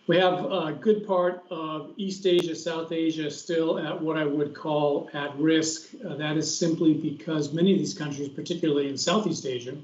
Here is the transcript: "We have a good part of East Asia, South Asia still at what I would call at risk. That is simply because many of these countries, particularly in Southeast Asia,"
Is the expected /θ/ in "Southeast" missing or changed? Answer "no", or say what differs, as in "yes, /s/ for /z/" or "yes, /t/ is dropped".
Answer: no